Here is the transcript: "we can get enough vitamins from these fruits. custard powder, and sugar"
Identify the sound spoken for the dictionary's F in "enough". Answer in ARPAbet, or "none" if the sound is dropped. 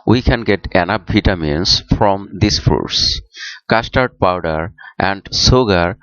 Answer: P